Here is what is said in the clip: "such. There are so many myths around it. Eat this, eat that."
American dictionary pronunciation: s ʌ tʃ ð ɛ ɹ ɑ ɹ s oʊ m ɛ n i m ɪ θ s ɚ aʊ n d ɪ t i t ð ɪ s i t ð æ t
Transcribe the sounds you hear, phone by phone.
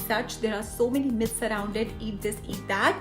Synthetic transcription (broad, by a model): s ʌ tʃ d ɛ ɹ ɑ ɹ s oʊ m ɛ n i m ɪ s s ɚ aʊ n d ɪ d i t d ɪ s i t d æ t